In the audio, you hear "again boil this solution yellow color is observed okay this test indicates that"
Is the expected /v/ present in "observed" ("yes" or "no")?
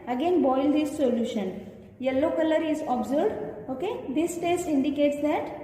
no